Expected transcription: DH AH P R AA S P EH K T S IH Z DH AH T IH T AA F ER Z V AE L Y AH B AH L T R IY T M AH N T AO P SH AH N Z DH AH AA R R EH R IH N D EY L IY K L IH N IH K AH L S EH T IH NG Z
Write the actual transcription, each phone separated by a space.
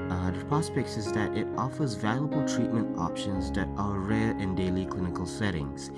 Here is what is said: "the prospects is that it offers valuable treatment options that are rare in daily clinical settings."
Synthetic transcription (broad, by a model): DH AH P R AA S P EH K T S IH Z DH AH T IH T AA F ER Z V AE L Y AH B AH L T R IY T M AH N T AO P SH AH N Z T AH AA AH R EH R IH N D EY L IY K L IH N IH K AH L S EH T IH NG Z